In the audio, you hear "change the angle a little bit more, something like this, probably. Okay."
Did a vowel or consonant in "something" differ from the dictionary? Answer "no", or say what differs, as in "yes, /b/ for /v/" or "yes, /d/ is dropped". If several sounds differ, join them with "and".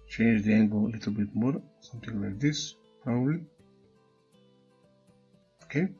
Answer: yes, /t/ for /θ/